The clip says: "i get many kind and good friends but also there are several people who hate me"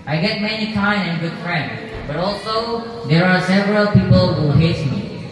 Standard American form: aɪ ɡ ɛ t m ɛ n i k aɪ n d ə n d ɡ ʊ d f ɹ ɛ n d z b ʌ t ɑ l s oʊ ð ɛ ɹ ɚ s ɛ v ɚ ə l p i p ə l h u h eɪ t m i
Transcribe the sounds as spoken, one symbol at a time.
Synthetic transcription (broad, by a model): aɪ ɡ ɛ t m ɛ n i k aɪ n ə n ɡ ʊ d f ɹ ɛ n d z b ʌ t ɑ l s oʊ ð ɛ ɹ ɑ s ɛ v ɚ ə l p i p ə l h u h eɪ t m i